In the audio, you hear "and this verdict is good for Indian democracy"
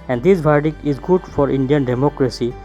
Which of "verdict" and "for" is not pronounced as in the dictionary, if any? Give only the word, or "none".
verdict